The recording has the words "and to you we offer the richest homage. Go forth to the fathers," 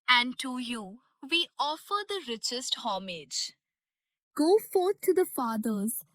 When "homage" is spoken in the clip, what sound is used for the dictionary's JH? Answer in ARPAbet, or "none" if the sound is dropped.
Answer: JH